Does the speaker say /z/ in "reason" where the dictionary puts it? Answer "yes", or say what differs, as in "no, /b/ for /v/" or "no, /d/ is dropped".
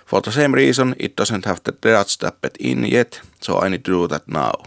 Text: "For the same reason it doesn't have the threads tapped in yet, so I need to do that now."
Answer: no, /s/ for /z/